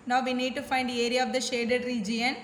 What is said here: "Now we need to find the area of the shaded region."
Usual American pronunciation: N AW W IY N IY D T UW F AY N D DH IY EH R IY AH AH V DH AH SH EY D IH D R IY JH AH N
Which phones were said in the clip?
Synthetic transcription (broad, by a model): N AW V IY N IY D T UW F AY N D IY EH R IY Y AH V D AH SH EY D IH D R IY JH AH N